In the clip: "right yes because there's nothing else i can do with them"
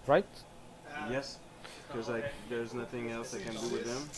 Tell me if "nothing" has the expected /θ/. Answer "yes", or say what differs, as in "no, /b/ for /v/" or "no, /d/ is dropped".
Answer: yes